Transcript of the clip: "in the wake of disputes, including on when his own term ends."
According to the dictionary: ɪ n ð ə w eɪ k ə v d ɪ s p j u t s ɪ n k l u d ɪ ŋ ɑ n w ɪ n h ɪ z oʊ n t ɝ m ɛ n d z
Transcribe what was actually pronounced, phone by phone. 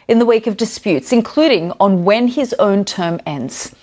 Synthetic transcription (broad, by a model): ɪ n ð ə w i k ə v d ɪ s p j u t s ɪ n k l u d ɪ ŋ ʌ n w ɪ n ɪ z oʊ n t ɝ m ɛ n d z